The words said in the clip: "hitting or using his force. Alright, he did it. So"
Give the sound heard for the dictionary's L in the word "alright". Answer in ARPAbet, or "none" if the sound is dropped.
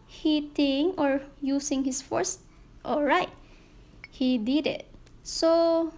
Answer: L